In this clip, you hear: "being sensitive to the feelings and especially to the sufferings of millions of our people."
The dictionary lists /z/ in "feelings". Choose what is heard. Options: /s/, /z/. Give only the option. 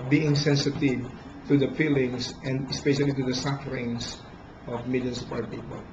/s/